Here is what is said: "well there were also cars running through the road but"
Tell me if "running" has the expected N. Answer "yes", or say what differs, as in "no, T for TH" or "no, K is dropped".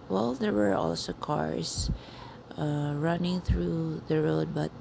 yes